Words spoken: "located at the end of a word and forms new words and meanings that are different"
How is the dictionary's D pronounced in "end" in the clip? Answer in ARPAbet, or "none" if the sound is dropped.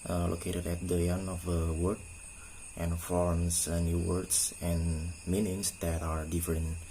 none